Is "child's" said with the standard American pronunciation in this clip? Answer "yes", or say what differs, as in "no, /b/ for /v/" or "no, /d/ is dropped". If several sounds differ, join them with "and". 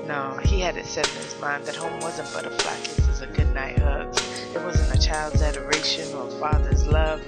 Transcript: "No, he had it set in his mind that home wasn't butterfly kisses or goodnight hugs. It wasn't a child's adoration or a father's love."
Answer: yes